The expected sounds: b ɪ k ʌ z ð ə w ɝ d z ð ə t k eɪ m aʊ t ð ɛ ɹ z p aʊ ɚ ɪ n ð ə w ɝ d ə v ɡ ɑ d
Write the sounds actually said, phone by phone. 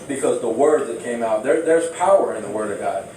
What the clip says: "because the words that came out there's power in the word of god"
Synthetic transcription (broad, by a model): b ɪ k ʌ z ð ə w ɝ d ð ə t k eɪ m aʊ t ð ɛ ɹ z p aʊ ɚ ɪ n ð ə w ɝ d ə v ɡ ɑ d